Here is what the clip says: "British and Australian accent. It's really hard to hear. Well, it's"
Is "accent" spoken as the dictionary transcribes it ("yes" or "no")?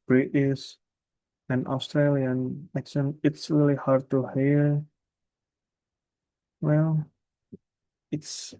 no